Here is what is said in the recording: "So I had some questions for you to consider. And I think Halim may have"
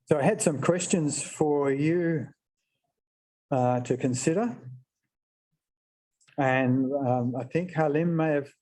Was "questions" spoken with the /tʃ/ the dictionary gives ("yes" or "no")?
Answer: yes